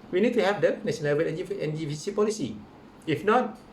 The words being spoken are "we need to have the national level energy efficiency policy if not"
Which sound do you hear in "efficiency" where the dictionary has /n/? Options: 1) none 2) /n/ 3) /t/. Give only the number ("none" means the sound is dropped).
1